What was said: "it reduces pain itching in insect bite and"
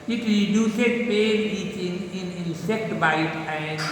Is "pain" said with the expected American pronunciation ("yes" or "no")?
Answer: no